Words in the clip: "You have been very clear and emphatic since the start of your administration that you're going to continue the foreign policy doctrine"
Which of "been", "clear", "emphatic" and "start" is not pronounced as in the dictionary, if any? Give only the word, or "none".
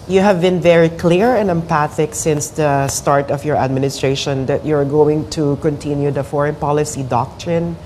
emphatic